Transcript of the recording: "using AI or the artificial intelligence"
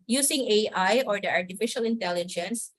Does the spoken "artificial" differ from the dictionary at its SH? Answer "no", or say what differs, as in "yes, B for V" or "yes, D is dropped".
no